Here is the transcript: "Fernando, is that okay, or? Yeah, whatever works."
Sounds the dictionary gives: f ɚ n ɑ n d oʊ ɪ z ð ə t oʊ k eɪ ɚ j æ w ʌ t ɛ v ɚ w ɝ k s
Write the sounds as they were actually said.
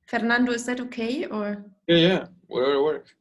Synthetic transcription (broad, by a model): f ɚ n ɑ n d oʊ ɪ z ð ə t oʊ k eɪ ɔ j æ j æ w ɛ ɚ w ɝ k